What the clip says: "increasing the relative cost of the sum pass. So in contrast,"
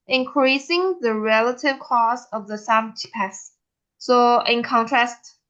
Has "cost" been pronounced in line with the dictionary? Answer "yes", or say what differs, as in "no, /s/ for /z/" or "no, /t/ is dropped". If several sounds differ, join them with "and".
no, /t/ is dropped